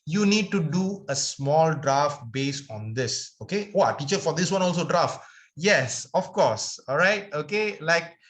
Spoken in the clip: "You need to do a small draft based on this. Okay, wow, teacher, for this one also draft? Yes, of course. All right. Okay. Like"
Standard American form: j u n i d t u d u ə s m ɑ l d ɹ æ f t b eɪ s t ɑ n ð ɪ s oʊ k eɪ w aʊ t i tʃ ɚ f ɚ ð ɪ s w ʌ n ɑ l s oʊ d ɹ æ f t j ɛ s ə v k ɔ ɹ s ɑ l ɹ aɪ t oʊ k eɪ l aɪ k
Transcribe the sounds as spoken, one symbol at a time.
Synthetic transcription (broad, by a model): j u n i d t u d u ə s m ɑ l d ɹ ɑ f t b eɪ s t ɑ n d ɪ s oʊ k eɪ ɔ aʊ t i tʃ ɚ f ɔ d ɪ s w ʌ n ɑ l s oʊ d ɹ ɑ f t j ɛ s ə f k ɔ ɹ s ɑ l ɹ aɪ t oʊ k eɪ l aɪ k